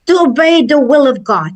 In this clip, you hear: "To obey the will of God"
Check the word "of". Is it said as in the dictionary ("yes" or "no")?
yes